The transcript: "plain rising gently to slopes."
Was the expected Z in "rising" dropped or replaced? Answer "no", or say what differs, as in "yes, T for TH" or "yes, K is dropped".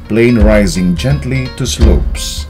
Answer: no